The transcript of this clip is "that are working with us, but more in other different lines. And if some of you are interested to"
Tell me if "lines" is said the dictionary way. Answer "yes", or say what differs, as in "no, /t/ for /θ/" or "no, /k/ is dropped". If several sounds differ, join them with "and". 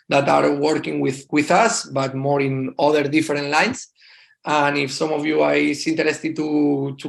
no, /s/ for /z/